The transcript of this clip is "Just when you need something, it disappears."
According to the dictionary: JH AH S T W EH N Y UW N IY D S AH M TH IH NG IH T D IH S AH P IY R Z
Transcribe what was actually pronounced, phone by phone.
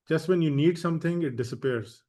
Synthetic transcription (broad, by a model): JH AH S T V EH N Y UW N IY D S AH M T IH NG IH T D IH S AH P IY R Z